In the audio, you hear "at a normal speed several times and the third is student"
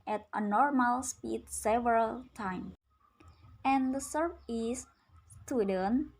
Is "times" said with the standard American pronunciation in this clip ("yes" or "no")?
no